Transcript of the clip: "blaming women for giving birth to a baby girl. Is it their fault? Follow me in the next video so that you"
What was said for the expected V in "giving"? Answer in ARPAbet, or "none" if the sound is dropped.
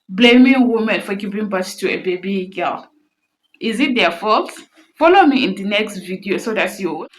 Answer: P